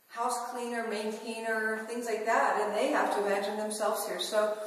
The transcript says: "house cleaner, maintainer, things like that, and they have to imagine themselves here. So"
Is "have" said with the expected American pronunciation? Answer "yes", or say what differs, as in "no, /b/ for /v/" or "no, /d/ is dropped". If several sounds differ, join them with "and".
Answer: no, /f/ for /v/